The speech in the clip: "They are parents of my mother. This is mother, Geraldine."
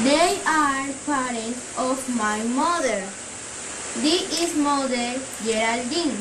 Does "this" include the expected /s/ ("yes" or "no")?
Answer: no